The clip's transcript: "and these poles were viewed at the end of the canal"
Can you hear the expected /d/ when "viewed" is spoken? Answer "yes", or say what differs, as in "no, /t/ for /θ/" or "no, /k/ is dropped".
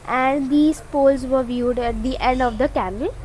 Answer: yes